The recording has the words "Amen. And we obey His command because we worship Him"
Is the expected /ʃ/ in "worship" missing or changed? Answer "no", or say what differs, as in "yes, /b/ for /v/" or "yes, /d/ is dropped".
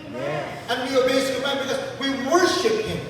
no